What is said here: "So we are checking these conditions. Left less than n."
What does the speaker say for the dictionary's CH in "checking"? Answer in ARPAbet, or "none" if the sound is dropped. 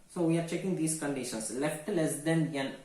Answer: CH